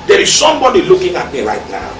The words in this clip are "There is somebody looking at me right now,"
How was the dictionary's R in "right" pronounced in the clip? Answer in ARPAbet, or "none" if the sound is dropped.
L